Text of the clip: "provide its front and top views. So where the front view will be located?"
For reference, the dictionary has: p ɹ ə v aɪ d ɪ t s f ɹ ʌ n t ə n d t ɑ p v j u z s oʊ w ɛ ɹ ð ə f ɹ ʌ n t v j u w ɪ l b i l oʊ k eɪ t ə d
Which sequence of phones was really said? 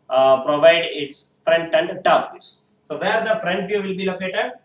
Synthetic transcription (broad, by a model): p ɹ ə v aɪ d ɪ t s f ɹ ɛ n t ə n d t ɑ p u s s oʊ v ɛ ɹ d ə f ɹ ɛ n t v j u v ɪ l b i l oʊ k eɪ t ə d